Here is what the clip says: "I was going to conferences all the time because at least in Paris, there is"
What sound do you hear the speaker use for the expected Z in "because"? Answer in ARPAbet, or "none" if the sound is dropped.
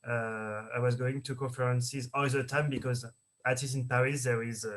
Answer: Z